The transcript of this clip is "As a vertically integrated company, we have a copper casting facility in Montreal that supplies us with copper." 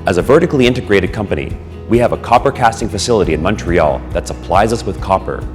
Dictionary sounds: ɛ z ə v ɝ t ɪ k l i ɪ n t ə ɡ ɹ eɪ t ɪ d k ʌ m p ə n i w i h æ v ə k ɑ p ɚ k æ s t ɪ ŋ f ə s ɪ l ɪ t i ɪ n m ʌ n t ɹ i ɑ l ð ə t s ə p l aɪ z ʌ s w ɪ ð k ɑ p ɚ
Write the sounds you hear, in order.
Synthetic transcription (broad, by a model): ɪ z ə v ɝ t ɪ k l i ɪ n t ə ɡ ɹ eɪ t ɪ d k ʌ m p ə n i w i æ v ə k ɑ p ɚ k æ s t ɪ ŋ f ə s ɪ l ɪ t i ɪ n m ʌ n t ɹ i ɑ l ð ə t s ə p l aɪ z ʌ s w ɪ ð k ɑ p ɚ